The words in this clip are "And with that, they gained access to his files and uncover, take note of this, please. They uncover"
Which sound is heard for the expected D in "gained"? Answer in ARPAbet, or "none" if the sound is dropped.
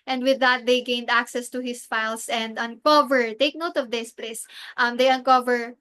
D